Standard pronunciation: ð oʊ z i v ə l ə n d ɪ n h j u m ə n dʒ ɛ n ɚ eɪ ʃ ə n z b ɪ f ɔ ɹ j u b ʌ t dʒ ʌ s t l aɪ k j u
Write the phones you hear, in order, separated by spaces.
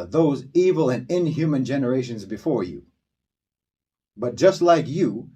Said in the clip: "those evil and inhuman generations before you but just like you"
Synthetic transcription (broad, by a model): ð oʊ z i v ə l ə n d ɪ n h j u m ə n dʒ ɛ n ɚ eɪ ʃ ə n z b ɪ f ɔ ɹ j u b ʌ t dʒ ʌ s t l aɪ k j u